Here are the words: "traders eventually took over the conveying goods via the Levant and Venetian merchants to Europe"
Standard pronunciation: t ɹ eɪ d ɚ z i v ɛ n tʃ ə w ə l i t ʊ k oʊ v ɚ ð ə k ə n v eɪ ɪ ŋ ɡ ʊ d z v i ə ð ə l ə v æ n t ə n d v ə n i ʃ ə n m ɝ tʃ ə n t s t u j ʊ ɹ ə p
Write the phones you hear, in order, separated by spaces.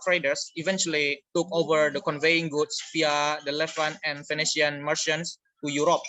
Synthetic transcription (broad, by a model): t ɹ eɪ d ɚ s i v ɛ n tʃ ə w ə l i t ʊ k oʊ v ɚ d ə k ə n v eɪ ɪ ŋ ɡ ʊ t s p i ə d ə l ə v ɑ n ə n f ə n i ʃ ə n m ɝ ʃ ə n s t u j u ɹ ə p